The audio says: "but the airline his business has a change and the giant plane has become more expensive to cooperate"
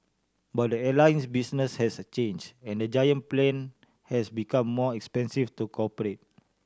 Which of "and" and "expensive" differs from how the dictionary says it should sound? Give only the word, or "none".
expensive